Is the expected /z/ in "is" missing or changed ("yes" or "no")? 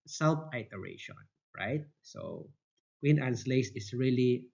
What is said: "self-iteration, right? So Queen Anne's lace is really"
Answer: yes